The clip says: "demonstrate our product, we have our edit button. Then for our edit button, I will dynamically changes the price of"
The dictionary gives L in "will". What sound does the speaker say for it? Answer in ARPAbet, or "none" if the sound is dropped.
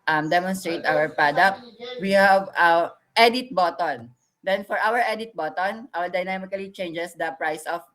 W